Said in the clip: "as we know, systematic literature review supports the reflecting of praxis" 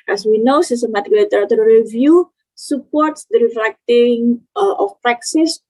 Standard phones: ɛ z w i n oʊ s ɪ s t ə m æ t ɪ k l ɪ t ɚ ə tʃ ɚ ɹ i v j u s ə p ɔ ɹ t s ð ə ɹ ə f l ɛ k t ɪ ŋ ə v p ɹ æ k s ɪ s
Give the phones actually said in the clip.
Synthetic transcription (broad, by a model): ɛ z w i n oʊ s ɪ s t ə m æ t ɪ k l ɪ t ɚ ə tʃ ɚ ɹ i v j u s ə p ɔ ɹ t s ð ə ɹ ə f l ɛ k t ɪ ŋ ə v p ɹ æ k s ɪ s